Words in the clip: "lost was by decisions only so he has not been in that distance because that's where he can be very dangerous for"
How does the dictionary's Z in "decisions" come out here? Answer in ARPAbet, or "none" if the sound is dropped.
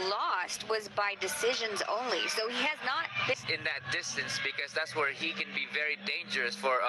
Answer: Z